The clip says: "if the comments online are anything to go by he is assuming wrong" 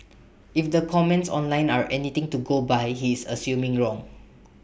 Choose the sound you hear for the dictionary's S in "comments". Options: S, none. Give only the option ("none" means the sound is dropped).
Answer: S